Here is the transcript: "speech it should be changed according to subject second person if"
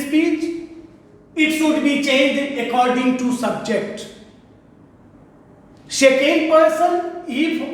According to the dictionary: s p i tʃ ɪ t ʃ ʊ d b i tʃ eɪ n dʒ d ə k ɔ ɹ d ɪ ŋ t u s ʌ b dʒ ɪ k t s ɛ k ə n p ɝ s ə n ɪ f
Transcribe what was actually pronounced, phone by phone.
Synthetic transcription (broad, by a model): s p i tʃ ɪ t ʃ ʊ d b i tʃ eɪ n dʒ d ə k ɔ ɹ d ɪ ŋ t u s ʌ b dʒ ɪ k t ʃ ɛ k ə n p ɝ s ə n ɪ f